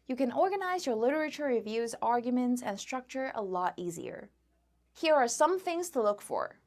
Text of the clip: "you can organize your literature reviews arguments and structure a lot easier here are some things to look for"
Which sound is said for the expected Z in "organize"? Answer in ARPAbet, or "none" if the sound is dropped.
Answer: Z